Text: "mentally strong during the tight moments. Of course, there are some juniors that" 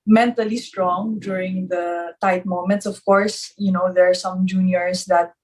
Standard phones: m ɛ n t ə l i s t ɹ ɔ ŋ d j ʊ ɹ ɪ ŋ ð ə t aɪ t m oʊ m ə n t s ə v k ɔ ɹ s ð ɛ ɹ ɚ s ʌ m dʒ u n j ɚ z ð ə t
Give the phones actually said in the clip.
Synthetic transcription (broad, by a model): m ɛ n t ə l i s t ɹ ɔ ŋ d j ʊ ɹ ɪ ŋ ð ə t aɪ t m oʊ m ə n t s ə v k ɔ ɹ s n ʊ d ɚ s ʌ m dʒ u n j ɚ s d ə t